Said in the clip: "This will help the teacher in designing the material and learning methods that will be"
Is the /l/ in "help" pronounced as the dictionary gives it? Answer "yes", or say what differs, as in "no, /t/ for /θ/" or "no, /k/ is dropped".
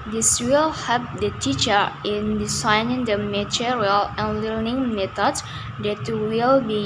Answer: no, /l/ is dropped